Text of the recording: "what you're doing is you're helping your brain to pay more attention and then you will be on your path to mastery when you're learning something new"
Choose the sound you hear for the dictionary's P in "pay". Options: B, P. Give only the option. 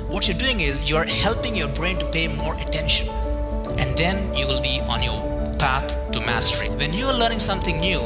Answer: P